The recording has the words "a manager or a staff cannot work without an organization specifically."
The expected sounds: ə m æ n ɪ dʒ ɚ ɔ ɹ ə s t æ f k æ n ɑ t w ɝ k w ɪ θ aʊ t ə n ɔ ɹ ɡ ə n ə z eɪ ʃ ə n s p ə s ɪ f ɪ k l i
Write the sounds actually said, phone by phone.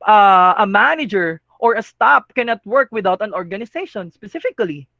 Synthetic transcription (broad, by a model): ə m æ n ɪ dʒ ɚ ɔ ɹ ə s t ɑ p k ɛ n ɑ t w ɝ k w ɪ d aʊ t ə n ɔ ɹ ɡ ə n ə s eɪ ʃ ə n s p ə s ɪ f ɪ k l i